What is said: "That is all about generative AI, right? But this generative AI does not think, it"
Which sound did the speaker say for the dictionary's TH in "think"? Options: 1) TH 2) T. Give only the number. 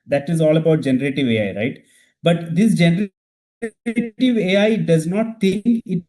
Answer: 2